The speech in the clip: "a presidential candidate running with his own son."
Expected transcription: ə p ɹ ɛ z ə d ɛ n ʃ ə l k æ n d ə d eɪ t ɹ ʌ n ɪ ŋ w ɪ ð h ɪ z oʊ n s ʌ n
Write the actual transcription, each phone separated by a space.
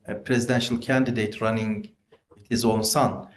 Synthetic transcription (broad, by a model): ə p ɹ ɛ z ə d ɛ n ʃ ə l k æ n d ə d eɪ t ɹ ʌ n ɪ ŋ w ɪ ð h ɪ z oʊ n s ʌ n